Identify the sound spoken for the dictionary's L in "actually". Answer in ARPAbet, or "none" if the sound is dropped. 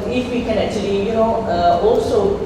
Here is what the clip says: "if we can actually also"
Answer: N